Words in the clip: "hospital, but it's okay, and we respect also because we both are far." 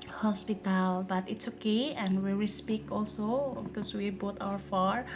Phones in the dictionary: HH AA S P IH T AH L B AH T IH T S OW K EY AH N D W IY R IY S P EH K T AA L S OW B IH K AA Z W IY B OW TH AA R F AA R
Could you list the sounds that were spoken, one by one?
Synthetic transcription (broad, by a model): HH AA S P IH T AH L B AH T IH T S OW K EY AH N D W IY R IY S P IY K AA L S OW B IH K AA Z W IY B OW T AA R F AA R